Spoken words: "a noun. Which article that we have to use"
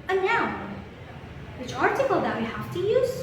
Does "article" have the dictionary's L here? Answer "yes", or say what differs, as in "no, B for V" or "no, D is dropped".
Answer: yes